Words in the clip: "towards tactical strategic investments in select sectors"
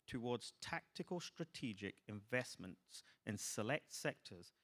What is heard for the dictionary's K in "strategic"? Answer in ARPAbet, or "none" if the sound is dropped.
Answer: K